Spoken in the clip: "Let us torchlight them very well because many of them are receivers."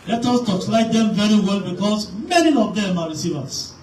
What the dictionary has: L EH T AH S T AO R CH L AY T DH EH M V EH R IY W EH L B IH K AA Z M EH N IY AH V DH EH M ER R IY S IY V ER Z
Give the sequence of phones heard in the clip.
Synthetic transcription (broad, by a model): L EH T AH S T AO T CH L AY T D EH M V EH R IY W EH L B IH K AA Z M EH N IY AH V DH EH M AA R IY S IY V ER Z